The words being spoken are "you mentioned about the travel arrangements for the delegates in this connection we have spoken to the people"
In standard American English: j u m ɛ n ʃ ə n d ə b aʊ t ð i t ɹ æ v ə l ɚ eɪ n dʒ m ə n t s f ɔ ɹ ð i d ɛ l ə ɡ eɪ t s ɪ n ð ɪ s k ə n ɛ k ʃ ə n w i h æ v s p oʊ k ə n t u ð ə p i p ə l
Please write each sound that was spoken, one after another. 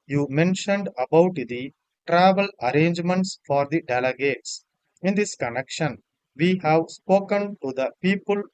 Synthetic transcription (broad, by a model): j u m ɛ n ʃ ə n d ə b aʊ t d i t ɹ æ v ə l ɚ eɪ n dʒ m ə n t s f ɔ ɹ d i d ɛ l ə ɡ eɪ t s ɪ n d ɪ s k ə n ɛ k ʃ ə n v i h æ v s p oʊ k ə n t u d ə p i p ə l